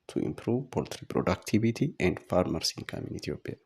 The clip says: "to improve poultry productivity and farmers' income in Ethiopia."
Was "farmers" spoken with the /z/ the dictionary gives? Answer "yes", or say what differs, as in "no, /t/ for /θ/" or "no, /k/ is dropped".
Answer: no, /s/ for /z/